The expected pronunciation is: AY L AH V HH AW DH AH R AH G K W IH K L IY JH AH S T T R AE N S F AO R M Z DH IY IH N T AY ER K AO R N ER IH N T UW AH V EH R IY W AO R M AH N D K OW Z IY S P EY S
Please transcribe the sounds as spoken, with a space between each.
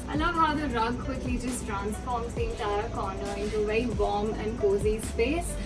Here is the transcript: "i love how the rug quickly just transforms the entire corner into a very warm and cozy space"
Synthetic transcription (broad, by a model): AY L AH V HH AW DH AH R AH G K W IH K L IY JH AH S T T R AE N S F AO R M Z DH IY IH N T AY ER K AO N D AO IH N T UW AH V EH IY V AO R M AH N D K OW Z IY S P EY S